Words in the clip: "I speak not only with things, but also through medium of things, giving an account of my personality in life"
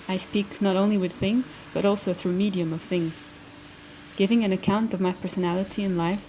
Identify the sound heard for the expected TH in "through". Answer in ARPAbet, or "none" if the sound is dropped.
TH